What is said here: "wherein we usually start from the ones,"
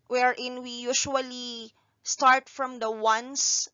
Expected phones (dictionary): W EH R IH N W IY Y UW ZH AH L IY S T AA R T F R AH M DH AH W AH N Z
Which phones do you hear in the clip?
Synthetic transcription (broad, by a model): W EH R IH N W IY Y UW SH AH L IY S T AA R T F R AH M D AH W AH N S